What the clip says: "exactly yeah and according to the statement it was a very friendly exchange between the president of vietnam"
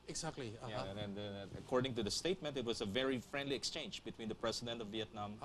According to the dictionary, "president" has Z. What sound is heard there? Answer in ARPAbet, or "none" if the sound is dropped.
S